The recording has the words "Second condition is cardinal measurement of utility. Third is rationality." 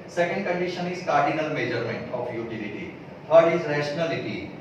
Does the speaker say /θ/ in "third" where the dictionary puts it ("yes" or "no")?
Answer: no